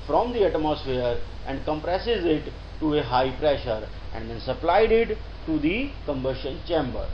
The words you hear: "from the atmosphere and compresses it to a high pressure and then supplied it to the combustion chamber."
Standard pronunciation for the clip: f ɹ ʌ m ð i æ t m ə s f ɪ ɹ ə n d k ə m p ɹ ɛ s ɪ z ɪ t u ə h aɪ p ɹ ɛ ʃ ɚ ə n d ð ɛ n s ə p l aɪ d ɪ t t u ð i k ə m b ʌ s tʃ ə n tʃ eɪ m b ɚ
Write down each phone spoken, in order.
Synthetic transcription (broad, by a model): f ɹ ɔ m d i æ t m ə s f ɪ ɹ ə n d k ə m p ɹ ɛ s ɪ z ɪ t u ə h aɪ p ɹ ɛ ʃ ɚ ə n d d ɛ n s ə p l aɪ d ɪ t t u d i k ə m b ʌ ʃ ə n tʃ eɪ m b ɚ